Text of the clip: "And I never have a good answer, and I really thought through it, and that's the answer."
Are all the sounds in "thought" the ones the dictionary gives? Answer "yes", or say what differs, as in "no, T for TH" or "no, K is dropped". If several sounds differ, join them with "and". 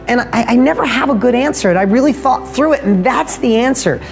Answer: yes